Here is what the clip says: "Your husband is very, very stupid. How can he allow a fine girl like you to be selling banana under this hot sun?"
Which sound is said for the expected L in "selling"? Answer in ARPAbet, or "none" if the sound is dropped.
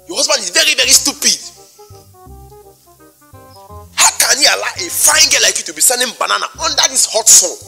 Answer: N